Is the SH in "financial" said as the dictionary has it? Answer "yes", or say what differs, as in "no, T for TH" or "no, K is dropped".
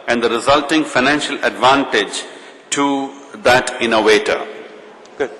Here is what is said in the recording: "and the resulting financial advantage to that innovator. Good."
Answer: yes